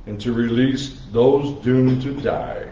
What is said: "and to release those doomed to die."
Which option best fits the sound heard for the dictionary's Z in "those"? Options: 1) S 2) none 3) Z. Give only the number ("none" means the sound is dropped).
3